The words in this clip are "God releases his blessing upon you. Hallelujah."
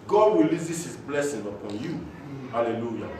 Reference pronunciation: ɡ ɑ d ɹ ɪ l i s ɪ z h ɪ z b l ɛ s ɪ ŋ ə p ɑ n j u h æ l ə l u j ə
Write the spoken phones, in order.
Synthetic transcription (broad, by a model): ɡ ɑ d w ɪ l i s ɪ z h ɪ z b l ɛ s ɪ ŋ ə p ɑ n j u h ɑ l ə l u j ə